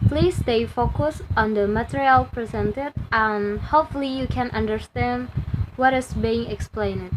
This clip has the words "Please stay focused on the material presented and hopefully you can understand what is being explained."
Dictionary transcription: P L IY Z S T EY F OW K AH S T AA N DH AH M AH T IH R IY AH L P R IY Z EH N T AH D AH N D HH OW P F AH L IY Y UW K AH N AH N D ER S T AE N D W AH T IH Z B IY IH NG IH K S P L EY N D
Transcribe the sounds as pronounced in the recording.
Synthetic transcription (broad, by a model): P L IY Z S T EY F OW K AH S AA N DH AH M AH T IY R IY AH L P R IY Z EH N T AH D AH N HH OW P F AH L IY Y UW K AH N AH N D ER S T AE N D W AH T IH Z B IY IH NG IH K S P L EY N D